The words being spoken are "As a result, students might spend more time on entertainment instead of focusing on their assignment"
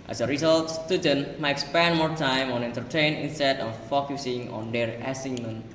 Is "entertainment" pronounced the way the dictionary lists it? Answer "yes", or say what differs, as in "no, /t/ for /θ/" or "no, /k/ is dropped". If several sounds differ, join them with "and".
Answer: no, /m/ is dropped